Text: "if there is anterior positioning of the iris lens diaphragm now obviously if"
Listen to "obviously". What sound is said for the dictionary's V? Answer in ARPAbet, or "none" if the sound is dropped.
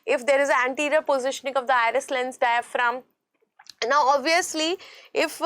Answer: V